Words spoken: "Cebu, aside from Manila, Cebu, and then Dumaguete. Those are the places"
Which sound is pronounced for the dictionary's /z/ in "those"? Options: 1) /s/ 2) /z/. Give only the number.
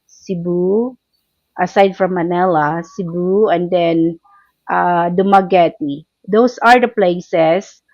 1